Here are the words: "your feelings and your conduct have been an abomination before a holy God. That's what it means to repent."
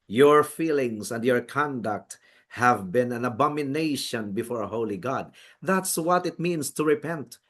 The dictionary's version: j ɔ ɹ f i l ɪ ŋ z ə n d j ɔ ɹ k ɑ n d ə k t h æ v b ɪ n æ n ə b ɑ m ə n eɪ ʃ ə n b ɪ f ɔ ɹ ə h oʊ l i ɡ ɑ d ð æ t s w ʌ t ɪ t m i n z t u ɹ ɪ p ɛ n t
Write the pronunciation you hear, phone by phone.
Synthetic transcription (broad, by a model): j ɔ ɹ f i l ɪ ŋ s ə n d j ɔ ɹ k ɑ n d ə k t h æ v b ɪ n æ n ə b ɑ m ə n eɪ ʃ ə n b ɪ f ɔ ɹ ə h oʊ l i ɡ ɑ d ð æ t s w ʌ t ɪ t m i n s t u ɹ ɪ p ɛ n t